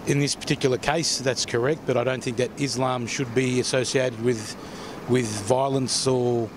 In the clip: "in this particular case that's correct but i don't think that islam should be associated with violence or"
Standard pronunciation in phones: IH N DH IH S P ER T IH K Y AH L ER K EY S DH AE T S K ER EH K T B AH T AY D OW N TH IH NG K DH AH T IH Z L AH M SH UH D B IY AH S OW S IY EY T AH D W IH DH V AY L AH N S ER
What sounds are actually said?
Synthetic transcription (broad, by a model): IH N DH IH S P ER T IH K Y L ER K EY S DH AE T S K ER EH K T B AH T AY D OW N TH IH NG K DH AH T IH Z L AH M SH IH D B IY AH S OW S IY EY T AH D W IH DH V AY L AH N S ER